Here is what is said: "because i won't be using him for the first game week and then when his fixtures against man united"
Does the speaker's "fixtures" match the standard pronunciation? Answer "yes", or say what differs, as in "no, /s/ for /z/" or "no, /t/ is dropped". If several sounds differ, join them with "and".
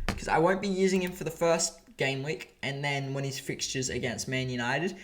yes